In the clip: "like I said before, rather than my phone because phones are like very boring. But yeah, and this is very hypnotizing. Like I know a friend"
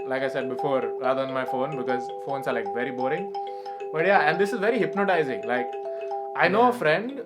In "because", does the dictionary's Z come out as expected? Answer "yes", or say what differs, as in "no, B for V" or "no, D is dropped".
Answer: yes